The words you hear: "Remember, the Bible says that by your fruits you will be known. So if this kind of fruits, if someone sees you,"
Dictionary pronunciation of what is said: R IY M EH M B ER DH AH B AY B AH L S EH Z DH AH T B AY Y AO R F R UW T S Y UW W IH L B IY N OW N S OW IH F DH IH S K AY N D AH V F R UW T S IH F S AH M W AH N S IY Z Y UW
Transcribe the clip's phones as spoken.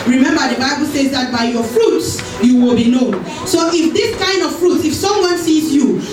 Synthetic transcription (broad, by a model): R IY M EH M B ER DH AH B AY B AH L S EH Z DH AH T B AY Y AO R F R UW T S Y UW W IH L B IY N OW N S OW IH F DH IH S K AY N D AH V F R UW T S IH F S AH M W AH N S IY Z Y UW